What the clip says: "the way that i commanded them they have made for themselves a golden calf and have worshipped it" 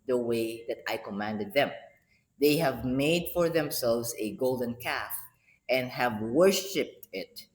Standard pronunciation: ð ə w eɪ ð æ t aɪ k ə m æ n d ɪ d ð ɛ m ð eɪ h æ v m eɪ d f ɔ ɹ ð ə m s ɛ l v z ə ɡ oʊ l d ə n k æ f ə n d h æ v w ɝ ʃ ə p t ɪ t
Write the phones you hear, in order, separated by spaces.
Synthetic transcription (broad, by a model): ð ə w eɪ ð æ t aɪ k ə m æ n d ɪ d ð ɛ m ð eɪ h æ v m eɪ d f ɔ ɹ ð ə m s ɛ l v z ə ɡ oʊ l d ə n k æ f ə n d h æ v w ɝ ʃ ə p t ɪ t